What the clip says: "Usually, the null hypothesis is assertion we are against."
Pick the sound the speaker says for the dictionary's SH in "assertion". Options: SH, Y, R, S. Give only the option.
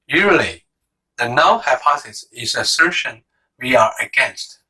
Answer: SH